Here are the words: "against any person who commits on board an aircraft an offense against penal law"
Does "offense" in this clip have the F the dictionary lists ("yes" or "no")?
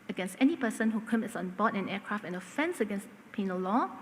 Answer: yes